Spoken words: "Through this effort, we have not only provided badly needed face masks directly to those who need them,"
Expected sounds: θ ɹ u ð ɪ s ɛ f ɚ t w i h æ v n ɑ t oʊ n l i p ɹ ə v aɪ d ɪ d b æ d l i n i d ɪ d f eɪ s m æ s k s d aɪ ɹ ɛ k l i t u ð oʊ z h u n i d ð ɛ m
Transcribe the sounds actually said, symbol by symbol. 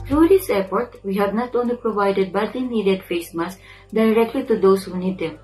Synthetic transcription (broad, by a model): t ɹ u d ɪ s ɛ p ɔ t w i h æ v n ɑ t oʊ n l i p ɹ ə v aɪ d ɪ d b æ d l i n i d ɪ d f eɪ s m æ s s d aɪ ɹ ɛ k l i t u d oʊ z h u n i d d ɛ m